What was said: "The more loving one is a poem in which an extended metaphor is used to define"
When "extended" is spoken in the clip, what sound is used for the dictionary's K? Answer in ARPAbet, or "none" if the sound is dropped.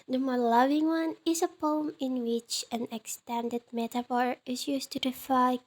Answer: K